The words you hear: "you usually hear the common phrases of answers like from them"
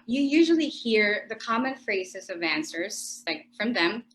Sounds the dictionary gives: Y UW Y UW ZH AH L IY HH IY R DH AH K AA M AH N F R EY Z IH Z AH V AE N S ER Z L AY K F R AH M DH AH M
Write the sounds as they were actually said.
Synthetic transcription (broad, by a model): Y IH Y UW ZH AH L IY HH IY R DH AH K AA M AH N F R EY Z IH Z AH V AE N S ER Z L AY K F R AH M DH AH M